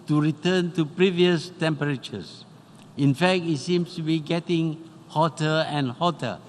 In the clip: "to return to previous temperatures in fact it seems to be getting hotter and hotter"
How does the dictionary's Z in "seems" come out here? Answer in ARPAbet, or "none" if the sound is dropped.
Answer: S